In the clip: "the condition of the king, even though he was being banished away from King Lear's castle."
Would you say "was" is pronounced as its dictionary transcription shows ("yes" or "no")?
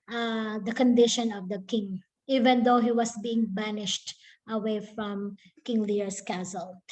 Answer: no